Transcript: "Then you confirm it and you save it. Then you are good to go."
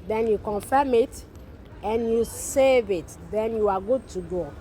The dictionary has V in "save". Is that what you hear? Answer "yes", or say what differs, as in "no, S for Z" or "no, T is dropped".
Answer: yes